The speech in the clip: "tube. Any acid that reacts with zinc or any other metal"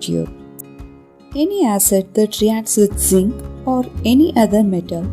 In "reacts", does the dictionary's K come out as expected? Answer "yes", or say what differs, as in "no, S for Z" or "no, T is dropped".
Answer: no, K is dropped